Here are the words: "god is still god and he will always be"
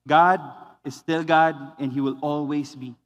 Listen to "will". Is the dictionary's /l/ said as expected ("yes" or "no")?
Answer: yes